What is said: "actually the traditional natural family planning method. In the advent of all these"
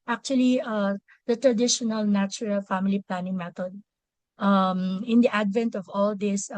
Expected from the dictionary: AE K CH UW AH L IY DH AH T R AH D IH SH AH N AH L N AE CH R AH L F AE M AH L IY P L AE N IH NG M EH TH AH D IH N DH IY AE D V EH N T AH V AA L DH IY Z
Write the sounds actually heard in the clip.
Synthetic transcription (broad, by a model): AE K CH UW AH L IY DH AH T R AH D IH SH AH N AH L N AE CH R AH L F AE M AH L IY P L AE N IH NG M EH T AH D IH N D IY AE D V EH N T AH V AA L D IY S